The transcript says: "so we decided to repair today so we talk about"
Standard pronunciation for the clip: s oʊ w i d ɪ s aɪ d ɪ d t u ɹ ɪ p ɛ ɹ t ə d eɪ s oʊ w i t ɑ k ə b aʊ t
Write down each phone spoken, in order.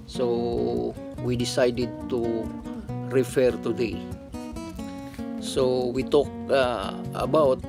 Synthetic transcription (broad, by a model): s oʊ w i d ɪ s aɪ d ɪ d t u ɹ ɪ f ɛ ɹ t ə d eɪ s oʊ w i t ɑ k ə b aʊ t